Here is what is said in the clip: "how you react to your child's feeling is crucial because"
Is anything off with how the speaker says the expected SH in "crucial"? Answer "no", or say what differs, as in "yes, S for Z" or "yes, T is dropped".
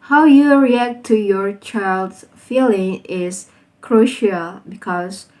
no